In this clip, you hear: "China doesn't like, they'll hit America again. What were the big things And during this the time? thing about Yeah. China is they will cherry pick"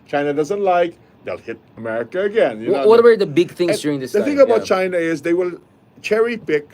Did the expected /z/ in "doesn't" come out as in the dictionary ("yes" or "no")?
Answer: yes